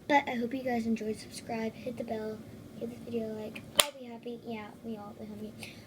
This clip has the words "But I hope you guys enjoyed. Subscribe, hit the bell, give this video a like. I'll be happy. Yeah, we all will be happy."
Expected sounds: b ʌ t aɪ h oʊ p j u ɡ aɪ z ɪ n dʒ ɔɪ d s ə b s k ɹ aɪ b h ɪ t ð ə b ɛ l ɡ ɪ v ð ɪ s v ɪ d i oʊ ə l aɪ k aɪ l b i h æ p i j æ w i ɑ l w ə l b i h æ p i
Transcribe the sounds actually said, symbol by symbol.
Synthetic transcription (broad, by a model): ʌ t aɪ h oʊ p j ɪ ɡ aɪ z ɪ n dʒ ɔɪ d s ə b s k ɹ aɪ b h ɪ t ð ə b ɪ l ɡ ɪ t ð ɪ v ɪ d i oʊ ə l aɪ k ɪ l b i h æ p i j æ w i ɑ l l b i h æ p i